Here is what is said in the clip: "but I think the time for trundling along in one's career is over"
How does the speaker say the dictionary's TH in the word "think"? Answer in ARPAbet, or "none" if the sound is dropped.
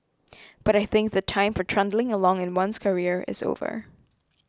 TH